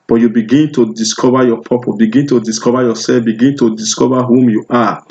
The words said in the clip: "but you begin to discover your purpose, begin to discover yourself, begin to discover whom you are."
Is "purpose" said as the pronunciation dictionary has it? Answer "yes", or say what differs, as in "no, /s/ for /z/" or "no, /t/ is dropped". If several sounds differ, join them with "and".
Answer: no, /s/ is dropped